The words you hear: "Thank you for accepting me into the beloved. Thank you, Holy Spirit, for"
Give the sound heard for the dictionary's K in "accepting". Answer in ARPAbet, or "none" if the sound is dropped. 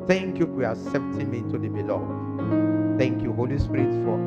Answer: none